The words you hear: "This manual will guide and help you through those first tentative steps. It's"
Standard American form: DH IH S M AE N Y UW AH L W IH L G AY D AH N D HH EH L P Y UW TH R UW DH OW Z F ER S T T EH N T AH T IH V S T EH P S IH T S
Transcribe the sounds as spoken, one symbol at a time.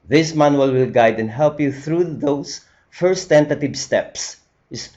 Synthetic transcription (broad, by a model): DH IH S M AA N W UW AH L W IH L G AY D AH N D HH EH L P Y UW TH R UW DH OW S F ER S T T EH N T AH T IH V S T EH P S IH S